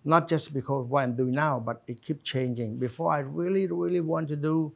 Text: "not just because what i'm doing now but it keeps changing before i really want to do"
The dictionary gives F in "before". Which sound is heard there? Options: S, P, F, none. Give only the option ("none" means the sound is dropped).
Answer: F